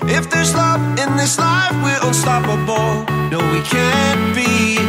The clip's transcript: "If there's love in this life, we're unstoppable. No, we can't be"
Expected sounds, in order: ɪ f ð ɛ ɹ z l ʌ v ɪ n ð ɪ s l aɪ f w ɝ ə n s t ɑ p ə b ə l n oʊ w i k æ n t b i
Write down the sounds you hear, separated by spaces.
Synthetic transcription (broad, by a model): ɪ f ð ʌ ɹ z l ʌ v ɪ n ð ɪ s l aɪ f w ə l s t ɑ p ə b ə l n oʊ w i k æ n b i